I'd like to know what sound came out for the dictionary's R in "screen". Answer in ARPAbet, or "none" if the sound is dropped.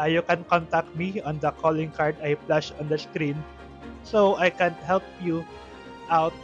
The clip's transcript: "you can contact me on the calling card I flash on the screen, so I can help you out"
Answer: R